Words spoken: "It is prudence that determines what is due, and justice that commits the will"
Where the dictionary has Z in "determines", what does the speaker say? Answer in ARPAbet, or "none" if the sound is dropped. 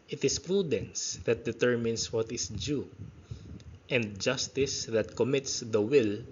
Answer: S